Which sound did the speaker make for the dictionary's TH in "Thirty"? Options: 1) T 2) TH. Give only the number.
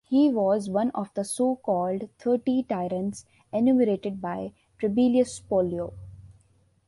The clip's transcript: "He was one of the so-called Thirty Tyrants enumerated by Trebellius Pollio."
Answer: 1